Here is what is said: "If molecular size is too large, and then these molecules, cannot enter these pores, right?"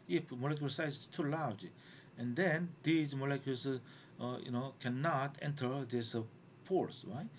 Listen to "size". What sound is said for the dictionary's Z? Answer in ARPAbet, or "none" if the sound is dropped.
none